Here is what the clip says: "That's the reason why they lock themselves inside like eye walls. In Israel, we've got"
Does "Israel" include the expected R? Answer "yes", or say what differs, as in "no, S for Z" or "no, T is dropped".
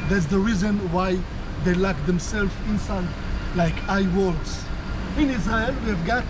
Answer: no, R is dropped